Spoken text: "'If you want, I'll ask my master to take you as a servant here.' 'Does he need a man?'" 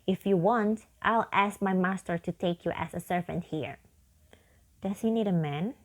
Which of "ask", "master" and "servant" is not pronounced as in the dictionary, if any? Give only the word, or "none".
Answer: none